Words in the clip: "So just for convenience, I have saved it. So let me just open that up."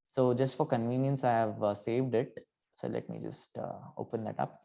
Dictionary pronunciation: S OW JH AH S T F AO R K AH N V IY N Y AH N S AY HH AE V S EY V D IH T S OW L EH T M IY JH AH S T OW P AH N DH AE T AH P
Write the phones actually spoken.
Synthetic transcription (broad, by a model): S OW JH AH S T F AO R K AH N V IY N Y AH N S AY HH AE V S EY V D IH T S OW L EH T M IY JH AH S T OW P AH N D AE T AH P